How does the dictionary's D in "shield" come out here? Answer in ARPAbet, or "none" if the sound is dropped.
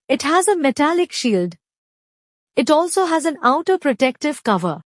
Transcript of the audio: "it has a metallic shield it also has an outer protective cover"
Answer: D